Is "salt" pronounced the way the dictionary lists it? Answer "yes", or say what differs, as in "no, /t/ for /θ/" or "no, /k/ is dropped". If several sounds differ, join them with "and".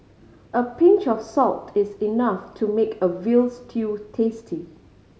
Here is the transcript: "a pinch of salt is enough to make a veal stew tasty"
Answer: yes